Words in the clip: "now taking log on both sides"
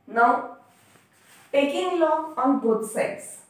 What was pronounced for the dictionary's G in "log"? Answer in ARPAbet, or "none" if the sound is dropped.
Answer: none